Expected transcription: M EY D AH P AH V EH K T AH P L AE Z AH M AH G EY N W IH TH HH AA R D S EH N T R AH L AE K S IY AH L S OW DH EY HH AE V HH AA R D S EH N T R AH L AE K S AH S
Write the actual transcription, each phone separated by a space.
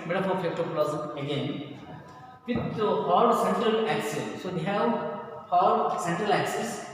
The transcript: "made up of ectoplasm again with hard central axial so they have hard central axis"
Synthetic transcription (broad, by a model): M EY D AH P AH P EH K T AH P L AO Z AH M AH G EY N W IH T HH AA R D S EH N T R AH L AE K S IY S S OW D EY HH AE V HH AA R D S EH N T R AH L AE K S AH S